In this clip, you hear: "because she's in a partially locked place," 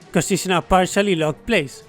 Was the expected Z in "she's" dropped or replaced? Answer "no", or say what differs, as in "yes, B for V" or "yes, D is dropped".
yes, S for Z